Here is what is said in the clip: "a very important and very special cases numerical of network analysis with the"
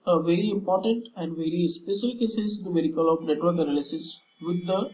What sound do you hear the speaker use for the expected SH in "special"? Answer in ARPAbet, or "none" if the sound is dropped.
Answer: S